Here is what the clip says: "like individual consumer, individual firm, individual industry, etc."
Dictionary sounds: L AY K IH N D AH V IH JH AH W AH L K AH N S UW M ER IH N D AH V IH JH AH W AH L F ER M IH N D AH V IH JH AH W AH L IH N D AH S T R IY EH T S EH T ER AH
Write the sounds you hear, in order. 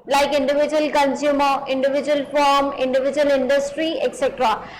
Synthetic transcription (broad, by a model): L AY K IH N D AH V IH JH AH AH L K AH N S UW M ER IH N D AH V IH JH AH AH L F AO M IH N D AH V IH JH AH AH L IH N D AH S T R IY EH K S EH T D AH